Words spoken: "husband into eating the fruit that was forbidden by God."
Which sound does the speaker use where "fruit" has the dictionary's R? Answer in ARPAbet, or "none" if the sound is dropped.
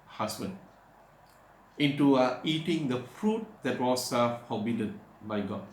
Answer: R